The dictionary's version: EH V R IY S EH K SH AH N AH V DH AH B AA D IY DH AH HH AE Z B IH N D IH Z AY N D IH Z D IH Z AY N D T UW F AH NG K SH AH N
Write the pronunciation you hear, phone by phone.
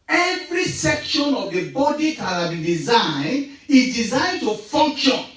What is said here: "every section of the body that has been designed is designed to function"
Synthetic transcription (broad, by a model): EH V R IY S EH K SH AH N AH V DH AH B AA D IY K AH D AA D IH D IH Z AY N IH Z D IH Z AY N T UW F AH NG K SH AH N